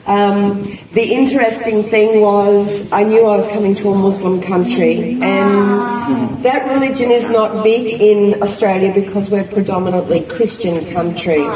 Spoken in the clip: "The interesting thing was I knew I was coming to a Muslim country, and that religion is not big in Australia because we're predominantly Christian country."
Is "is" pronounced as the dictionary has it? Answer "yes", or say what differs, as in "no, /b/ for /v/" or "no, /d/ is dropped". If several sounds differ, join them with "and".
yes